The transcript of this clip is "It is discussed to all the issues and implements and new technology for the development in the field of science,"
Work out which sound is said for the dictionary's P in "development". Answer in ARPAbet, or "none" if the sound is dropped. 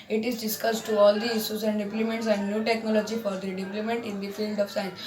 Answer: none